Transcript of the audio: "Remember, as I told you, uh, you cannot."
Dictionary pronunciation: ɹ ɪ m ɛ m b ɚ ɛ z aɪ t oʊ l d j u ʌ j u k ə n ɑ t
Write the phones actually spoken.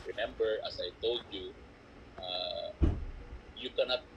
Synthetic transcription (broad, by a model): ɹ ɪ m ɛ m b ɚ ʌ s aɪ t oʊ l d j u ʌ j u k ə n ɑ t